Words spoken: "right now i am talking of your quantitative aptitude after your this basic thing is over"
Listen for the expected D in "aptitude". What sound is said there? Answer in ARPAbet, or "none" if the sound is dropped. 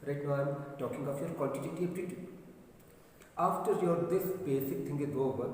none